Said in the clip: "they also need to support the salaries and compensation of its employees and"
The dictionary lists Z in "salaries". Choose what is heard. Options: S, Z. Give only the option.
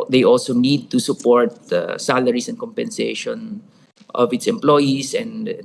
S